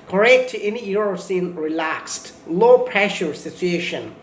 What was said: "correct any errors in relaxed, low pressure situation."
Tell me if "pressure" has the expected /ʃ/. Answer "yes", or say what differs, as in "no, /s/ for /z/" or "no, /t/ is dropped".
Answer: yes